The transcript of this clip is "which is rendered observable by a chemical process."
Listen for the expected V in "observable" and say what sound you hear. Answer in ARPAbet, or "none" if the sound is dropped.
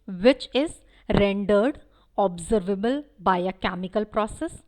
V